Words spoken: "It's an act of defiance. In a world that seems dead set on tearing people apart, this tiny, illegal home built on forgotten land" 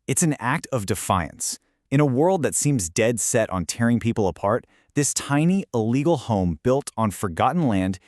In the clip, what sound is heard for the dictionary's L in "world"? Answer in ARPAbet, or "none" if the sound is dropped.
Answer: L